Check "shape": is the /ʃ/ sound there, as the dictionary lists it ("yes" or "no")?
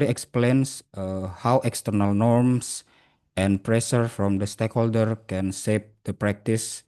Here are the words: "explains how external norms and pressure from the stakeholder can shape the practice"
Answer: no